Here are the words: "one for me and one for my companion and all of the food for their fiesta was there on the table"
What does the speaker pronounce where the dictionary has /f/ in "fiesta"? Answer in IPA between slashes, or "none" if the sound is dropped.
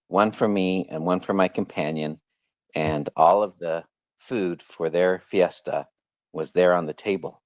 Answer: /f/